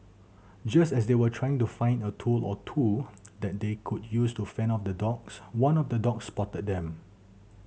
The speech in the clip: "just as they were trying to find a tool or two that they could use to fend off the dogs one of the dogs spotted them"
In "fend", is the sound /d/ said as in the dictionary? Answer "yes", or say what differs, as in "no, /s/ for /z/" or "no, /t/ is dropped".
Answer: no, /d/ is dropped